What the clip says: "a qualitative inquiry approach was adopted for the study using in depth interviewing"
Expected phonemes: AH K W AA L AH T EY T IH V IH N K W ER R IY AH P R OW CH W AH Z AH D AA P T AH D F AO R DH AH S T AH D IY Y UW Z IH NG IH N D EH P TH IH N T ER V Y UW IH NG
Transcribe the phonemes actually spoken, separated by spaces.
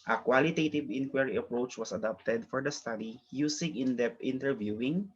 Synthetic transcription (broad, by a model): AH K W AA L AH T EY T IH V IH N K W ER R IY AH P R OW CH W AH S AH D AA P T AH D F AO R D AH S T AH D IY Y UW S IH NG IH N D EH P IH N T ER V Y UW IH NG